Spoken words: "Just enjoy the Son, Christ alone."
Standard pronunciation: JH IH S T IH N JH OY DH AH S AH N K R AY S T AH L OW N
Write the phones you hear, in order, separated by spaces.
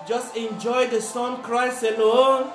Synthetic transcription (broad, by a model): JH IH S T IH N JH OY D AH S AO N K R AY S AH L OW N